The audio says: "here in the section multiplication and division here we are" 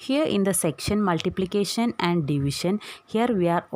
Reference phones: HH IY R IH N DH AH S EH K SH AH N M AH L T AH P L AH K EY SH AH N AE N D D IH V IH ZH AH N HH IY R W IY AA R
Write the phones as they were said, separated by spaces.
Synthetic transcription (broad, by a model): HH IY R IH N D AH S EH K SH AH N M AH L T AH P L AH K EY SH AH N AE N D D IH V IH SH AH N HH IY R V IY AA R